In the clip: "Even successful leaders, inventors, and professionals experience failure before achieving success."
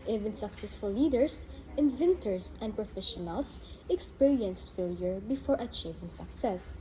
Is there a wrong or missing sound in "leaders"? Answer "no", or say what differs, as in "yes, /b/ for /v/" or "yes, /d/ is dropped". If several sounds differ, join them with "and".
yes, /s/ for /z/